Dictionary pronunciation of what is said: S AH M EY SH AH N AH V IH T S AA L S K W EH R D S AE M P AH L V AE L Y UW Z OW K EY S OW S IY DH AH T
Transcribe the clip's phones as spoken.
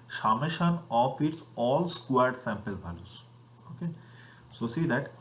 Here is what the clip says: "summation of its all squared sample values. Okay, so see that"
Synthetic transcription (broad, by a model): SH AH M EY SH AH N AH F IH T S AA L S K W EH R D S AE M P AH L B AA L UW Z OW K EY S OW S IY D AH T